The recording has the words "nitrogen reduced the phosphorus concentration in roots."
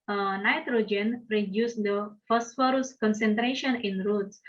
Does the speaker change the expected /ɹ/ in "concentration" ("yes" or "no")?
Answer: no